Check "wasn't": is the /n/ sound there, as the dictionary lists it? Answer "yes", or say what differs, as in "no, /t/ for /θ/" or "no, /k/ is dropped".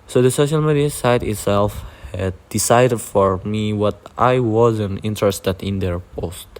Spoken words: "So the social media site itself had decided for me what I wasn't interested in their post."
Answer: yes